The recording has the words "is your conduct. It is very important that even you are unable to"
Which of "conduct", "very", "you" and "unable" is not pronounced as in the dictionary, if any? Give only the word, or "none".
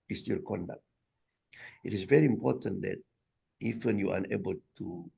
none